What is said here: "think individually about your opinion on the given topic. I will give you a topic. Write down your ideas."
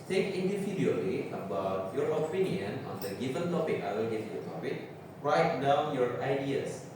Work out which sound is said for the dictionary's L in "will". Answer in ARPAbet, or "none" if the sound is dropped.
N